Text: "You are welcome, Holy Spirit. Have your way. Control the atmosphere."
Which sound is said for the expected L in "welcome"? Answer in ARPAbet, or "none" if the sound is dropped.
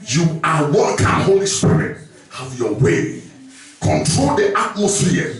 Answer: none